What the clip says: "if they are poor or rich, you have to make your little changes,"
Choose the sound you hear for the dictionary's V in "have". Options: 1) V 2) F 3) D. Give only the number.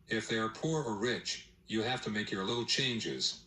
2